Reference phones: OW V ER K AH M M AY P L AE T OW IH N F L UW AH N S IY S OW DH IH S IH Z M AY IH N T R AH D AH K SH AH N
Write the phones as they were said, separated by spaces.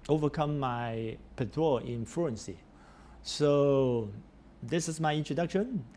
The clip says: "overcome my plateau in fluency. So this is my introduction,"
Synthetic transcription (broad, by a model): OW V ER K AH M M AY P AE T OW IH N F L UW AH N S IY S OW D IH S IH S M AY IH N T R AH D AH K SH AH N